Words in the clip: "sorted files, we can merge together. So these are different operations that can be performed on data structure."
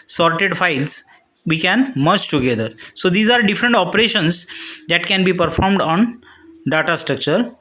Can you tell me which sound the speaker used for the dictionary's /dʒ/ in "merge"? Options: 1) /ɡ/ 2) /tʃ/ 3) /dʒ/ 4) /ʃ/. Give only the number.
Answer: 2